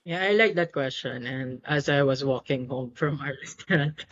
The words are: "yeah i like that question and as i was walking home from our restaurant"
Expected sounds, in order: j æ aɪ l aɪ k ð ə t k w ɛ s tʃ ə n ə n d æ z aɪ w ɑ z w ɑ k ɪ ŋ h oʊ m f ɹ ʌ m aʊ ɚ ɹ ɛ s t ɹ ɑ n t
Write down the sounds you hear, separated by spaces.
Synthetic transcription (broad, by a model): j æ aɪ l aɪ k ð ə t k w ɛ s tʃ ə n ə n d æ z aɪ w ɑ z w ɑ k ɪ ŋ h oʊ m f ɹ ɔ m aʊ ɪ ɹ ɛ s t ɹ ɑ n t